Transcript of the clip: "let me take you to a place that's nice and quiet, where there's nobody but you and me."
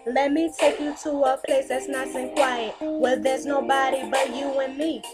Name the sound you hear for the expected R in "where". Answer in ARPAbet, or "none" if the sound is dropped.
L